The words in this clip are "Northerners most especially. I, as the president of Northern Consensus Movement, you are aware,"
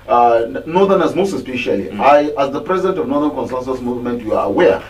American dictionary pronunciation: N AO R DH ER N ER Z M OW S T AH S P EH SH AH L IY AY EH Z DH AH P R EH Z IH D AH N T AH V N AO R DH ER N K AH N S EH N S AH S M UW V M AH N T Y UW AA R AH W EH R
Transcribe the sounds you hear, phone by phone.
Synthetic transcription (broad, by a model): N AO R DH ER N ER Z M OW S T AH S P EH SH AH L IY AY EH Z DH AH P R EH Z IH D AH N T AH V N AO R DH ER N K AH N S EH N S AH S M UW V M AH N T Y UW AA R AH W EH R